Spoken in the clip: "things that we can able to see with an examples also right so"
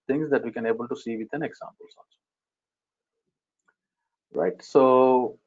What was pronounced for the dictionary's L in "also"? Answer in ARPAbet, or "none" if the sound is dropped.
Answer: N